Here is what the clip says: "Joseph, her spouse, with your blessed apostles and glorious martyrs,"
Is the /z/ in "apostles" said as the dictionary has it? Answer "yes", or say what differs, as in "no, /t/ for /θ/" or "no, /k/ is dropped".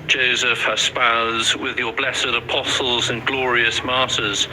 yes